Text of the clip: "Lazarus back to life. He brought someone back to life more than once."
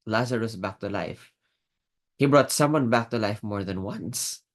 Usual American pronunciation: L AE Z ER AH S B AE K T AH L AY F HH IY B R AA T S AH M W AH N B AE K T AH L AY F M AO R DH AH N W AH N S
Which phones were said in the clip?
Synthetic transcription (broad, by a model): L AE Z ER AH S B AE K T AH L AY F HH IY B R AA T S AH M W AH N B AE K T AH L AY F M AO R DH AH N W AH N S